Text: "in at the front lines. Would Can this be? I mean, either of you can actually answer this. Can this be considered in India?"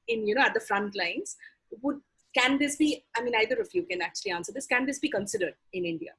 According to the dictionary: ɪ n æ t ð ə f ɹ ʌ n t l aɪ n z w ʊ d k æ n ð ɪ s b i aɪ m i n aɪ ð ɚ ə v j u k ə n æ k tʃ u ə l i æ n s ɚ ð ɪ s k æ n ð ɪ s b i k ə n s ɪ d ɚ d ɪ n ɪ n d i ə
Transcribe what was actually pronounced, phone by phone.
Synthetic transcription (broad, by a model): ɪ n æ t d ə f ɹ ʌ n t l aɪ n z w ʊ d k æ n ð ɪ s b i aɪ m i n aɪ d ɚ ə f j u k ə n æ k tʃ u ə l i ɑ n s ɚ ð ɪ s k æ n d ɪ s b i k ə n s ɪ d ɚ d ɪ n ɪ n d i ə